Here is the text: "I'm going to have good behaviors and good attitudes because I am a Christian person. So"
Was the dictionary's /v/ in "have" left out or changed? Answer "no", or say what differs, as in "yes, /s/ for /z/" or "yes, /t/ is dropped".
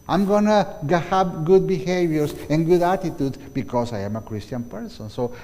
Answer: yes, /p/ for /v/